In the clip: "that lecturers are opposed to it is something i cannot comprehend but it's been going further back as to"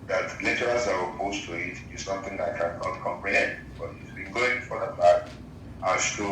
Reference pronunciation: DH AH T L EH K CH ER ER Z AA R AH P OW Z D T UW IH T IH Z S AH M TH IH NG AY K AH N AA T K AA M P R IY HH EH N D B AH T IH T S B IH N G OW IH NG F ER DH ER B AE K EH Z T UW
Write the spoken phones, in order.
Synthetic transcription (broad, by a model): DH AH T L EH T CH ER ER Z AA W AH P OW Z T UW IH T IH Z S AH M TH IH NG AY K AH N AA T K AA M P R IY HH EH N D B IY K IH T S B IH N G OW IH NG F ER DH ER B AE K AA S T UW